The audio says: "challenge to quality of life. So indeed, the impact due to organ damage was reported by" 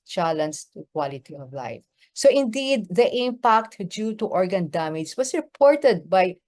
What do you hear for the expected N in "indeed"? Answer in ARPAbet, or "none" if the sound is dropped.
N